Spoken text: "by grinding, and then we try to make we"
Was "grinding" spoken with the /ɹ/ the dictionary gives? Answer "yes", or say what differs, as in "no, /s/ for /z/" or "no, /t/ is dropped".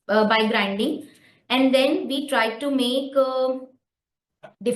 yes